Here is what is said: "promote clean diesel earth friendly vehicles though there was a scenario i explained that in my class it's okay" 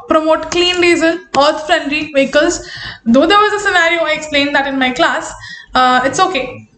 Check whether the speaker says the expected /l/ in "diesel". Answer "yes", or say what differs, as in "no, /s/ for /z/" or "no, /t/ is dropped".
no, /n/ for /l/